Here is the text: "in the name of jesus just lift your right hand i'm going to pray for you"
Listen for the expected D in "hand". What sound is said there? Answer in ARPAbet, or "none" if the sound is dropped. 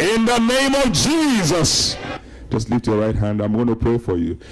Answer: D